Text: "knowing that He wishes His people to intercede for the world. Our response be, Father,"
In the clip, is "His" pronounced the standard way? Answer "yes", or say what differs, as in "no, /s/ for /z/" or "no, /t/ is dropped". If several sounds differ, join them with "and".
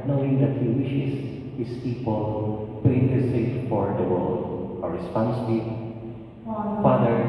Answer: no, /s/ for /z/